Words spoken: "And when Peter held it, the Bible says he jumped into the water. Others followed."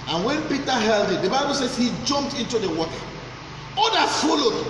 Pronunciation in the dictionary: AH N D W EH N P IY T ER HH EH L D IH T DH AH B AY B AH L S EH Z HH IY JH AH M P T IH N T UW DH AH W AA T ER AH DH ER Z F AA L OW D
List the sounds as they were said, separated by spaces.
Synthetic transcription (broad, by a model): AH N W EH N P IY T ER HH EH L D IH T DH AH B AY B AH L S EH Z HH IY JH AH M P T IH N T UW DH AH W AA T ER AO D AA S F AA L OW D